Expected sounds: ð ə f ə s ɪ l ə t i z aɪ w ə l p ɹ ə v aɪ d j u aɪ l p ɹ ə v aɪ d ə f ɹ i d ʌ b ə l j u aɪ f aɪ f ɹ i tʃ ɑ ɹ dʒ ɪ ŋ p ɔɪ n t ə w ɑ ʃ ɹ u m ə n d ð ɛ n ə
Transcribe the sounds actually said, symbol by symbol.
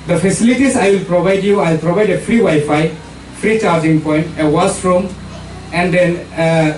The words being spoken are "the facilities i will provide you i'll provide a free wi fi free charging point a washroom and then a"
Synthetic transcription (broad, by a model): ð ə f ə s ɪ l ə t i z aɪ w ə l p ɹ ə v aɪ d j u aɪ l p ɹ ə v aɪ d ə f ɹ i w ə j f aɪ f ɹ i tʃ ɑ ɹ dʒ ɪ ŋ p ɔɪ n t ə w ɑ s ɹ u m ə n d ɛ n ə